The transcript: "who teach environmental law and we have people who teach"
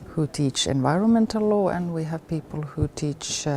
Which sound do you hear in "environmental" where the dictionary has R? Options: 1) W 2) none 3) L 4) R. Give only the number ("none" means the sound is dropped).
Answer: 4